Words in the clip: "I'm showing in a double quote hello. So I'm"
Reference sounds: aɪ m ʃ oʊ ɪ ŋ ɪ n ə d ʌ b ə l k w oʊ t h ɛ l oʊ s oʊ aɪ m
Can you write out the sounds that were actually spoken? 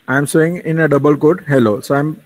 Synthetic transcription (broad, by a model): aɪ m s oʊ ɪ ŋ ɪ n ə d ʌ b ə l k oʊ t h ɛ l oʊ s oʊ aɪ m